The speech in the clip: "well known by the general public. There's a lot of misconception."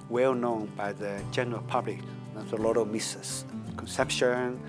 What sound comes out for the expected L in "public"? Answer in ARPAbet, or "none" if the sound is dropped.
L